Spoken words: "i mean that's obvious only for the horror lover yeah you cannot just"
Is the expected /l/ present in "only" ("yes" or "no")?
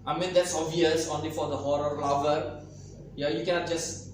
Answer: yes